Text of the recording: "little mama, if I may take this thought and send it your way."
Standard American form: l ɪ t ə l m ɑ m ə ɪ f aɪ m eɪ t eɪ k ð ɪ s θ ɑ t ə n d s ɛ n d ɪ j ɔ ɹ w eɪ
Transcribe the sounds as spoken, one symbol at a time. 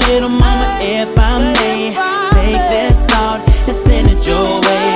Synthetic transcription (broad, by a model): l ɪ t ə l m ɑ m ə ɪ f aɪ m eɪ t eɪ k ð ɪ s t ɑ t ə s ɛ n ɪ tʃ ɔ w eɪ